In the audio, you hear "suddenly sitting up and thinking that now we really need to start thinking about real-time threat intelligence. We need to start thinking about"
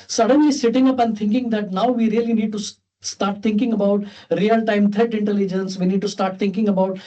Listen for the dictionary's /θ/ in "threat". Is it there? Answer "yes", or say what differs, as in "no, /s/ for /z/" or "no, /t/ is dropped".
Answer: no, /t/ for /θ/